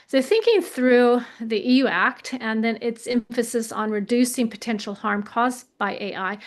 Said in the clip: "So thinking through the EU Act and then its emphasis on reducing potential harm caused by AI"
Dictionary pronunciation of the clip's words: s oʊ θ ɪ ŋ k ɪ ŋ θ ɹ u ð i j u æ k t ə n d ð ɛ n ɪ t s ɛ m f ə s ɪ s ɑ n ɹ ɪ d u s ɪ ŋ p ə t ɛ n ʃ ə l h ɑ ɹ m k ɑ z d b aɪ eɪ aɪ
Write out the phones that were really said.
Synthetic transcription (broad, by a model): s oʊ θ ɪ ŋ k ɪ ŋ θ ɹ u ð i j u æ k t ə n ð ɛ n ɪ t s ɛ m f ə s ɪ s n ɹ ɪ d u s ɪ ŋ p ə t ɛ n ʃ l h ɑ ɹ m k ɑ z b aɪ eɪ aɪ